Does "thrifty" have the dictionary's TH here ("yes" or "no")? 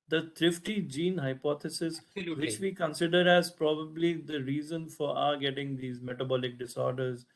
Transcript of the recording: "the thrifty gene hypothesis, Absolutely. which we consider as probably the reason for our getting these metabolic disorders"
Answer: no